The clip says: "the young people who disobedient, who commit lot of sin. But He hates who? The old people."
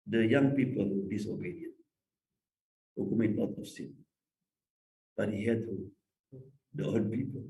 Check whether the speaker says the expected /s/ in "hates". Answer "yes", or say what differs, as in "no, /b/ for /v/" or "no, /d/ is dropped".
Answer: no, /s/ is dropped